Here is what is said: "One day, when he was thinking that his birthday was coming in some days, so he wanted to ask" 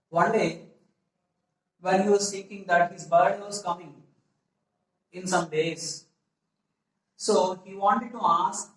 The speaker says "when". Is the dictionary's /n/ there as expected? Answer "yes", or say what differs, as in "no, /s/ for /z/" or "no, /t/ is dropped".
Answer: no, /l/ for /n/